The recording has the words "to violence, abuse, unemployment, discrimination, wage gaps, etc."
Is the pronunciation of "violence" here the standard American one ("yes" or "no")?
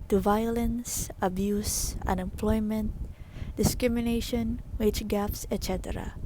yes